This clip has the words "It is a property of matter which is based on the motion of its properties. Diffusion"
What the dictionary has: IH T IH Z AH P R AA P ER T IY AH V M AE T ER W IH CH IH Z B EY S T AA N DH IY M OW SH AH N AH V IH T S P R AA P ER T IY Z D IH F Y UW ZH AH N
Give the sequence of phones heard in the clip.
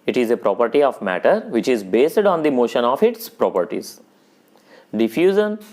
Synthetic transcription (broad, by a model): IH T IH Z AH P R AA P ER T IY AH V M AE T ER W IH CH IH Z B EY S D AA N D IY M OW SH AH N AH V IH T S P R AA P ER T IY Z D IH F Y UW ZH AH N